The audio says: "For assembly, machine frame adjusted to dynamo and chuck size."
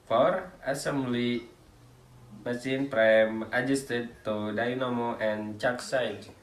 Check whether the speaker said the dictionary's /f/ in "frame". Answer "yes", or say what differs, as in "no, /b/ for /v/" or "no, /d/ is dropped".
no, /p/ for /f/